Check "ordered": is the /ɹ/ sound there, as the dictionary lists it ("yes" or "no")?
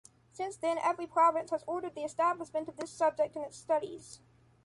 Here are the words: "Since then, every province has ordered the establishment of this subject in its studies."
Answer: yes